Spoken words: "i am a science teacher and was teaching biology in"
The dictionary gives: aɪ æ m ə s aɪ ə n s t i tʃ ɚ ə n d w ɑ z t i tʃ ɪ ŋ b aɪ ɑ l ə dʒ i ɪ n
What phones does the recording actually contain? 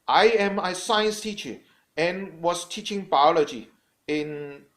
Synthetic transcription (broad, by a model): aɪ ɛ m ə s aɪ ə n s t i tʃ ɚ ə n w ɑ s t i tʃ ɪ ŋ b aɪ ɑ l ə dʒ i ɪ n